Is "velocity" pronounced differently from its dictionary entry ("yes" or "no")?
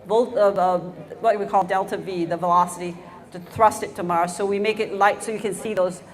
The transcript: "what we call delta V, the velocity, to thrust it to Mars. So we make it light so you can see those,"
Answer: no